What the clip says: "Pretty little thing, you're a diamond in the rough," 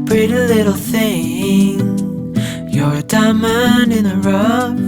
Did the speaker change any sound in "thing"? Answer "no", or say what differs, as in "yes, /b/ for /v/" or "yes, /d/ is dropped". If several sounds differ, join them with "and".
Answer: no